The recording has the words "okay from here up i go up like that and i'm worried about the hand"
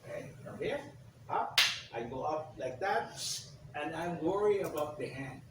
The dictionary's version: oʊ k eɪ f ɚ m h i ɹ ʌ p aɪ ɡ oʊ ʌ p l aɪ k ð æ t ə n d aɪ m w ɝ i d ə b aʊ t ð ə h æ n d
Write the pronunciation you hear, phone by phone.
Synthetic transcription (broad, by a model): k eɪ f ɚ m h i ɹ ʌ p aɪ ɡ oʊ ʌ p l aɪ k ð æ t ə n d aɪ m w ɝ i ə b aʊ t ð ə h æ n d